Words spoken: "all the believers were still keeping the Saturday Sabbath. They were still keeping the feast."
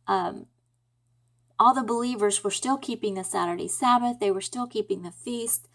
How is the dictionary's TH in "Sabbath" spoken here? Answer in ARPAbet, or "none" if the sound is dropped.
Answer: TH